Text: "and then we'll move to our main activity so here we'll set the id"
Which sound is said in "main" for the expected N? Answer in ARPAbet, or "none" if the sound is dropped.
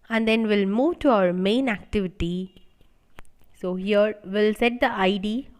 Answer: N